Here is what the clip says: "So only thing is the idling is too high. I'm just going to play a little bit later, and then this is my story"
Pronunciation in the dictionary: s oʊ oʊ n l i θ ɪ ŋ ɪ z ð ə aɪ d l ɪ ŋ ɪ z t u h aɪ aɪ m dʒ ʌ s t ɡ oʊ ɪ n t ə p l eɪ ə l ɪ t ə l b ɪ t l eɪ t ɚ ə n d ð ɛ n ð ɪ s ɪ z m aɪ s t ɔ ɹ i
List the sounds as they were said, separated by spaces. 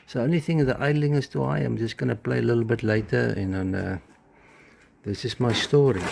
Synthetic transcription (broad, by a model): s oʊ oʊ n l i θ ɪ ŋ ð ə aɪ d l ɪ ŋ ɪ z t u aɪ aɪ m dʒ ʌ s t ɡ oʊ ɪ n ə p l eɪ ə l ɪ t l b ɪ t l eɪ t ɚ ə n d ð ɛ n ð ɪ s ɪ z m aɪ s t ɔ ɹ i